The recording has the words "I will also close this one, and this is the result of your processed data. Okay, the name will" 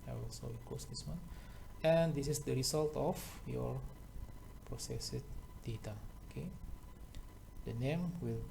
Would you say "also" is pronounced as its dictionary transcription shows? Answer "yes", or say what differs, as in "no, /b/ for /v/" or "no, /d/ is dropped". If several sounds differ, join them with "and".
no, /s/ is dropped